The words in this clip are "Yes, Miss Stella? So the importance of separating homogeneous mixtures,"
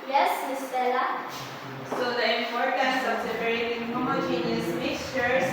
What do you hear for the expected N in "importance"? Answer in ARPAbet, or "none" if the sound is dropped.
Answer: none